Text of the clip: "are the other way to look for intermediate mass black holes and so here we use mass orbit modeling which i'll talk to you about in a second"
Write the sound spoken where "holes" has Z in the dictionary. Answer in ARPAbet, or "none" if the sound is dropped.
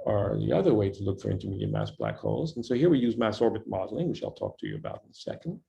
Z